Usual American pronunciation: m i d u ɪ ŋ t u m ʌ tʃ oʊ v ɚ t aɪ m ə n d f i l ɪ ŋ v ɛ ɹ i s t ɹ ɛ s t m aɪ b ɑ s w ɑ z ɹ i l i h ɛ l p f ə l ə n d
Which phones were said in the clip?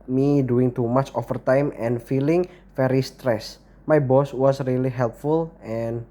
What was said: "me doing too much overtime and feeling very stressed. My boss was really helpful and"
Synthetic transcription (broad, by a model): m i d u ɪ ŋ t u m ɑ tʃ oʊ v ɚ t aɪ m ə n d f i l ɪ ŋ f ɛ ɹ i s t ɹ ɛ s m aɪ b ɑ s w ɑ s ɹ i l i h ɛ l p f ə l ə n